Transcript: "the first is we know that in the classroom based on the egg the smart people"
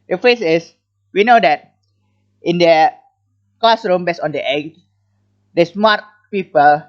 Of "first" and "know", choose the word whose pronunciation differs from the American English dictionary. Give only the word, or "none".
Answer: first